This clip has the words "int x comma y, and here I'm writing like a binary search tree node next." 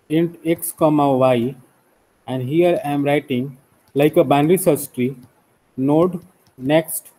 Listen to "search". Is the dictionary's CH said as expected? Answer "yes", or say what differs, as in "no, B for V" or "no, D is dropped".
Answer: no, S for CH